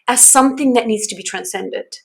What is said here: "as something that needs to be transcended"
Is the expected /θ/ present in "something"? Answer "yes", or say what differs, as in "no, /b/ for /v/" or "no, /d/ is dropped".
yes